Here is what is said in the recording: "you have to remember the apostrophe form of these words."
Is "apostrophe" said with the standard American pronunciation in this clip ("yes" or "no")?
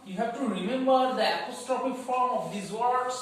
no